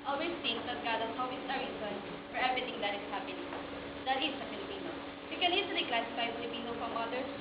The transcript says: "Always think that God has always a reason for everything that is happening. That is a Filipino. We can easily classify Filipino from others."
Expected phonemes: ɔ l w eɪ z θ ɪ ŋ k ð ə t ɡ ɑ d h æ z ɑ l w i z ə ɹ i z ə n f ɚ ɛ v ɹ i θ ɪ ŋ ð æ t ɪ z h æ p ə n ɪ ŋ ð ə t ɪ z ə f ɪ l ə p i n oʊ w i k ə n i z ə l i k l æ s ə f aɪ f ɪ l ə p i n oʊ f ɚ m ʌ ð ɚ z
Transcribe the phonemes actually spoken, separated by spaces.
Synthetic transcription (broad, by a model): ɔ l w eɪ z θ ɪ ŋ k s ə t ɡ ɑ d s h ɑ w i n ə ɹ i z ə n f ɚ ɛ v ɹ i t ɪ ŋ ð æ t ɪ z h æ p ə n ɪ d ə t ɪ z ə f ɪ l ə p i n oʊ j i k ə n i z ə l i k l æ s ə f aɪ f ɪ l ə p i n oʊ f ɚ m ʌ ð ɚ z